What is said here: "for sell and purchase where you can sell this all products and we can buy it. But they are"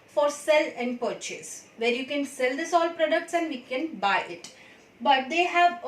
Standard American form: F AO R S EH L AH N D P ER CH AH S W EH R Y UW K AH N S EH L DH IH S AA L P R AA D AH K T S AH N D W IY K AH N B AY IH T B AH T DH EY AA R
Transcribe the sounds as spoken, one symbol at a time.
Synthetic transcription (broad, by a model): F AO R S EH L AH N D P ER CH AH S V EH R Y UW K AH N S EH L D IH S AA L P R AA D AH K T S AH N D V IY K AH N B AY IH T B AH T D EY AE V